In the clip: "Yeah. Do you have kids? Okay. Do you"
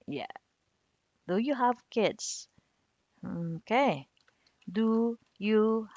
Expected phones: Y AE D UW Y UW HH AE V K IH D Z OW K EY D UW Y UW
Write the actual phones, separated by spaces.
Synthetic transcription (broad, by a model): Y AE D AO Y UW HH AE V K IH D S OW K EY D UW Y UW